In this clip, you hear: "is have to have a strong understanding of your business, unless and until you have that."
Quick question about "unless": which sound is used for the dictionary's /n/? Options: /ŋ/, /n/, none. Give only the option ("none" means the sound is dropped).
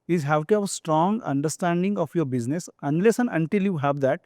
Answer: /n/